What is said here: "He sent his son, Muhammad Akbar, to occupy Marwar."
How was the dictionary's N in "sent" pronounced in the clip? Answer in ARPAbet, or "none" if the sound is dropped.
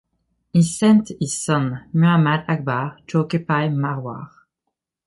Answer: N